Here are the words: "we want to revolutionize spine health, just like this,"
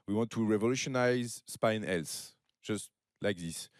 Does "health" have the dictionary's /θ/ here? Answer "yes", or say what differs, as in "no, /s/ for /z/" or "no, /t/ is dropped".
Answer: no, /s/ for /θ/